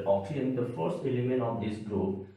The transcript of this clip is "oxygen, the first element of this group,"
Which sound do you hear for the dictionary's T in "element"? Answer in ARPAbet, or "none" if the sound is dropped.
none